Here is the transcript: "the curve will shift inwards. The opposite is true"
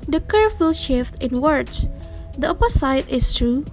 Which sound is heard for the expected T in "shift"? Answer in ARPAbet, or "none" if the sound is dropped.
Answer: T